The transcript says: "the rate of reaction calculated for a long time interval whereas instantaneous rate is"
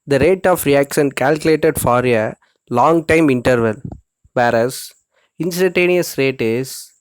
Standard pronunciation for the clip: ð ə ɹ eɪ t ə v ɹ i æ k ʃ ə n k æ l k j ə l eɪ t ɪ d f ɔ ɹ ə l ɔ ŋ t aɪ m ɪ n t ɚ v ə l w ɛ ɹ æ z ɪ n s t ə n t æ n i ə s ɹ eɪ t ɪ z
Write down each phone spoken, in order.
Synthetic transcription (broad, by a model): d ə ɹ eɪ t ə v ɹ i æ k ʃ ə n k æ l k j ə l eɪ t ɪ d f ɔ ɹ ə l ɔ ŋ t aɪ m ɪ n t ɚ v ə l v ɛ ɹ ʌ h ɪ n s t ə n t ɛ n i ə s ɹ eɪ t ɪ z